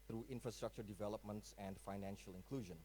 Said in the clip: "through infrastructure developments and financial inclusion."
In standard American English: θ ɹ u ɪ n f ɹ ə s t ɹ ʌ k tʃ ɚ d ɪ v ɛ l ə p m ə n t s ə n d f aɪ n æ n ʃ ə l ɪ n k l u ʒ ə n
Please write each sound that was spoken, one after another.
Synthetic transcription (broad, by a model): ɹ u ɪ n f ɹ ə s t ɹ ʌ k tʃ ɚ d ɪ v ɛ l ə p m ə n t s ə n d f aɪ n æ n ʃ ə l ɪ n k l u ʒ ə n